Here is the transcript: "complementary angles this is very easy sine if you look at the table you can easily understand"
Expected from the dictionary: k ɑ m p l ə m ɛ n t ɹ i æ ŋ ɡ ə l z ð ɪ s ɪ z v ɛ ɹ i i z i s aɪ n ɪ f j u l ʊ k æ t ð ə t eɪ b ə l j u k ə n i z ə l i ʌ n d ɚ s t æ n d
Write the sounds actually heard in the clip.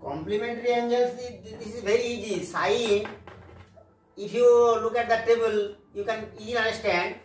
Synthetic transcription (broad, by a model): k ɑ m p l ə m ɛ n t ɹ i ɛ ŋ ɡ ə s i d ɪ s ɪ z v ɛ ɹ i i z i s aɪ ɪ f j u l ʊ k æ t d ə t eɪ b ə l j u k ə n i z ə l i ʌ n d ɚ s t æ n d